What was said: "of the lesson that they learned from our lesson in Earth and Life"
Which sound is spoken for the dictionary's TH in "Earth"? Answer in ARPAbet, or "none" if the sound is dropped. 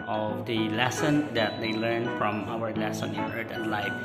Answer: T